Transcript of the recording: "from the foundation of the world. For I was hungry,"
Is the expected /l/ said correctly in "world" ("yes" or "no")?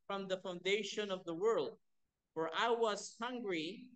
yes